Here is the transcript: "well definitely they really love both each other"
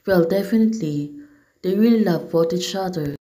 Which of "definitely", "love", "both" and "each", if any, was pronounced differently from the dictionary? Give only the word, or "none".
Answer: both